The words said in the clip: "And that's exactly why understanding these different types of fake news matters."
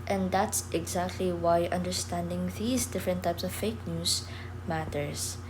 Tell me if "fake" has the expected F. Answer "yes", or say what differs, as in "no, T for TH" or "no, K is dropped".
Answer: yes